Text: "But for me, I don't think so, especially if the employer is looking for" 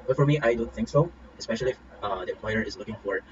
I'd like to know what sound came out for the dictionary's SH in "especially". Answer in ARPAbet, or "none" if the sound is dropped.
SH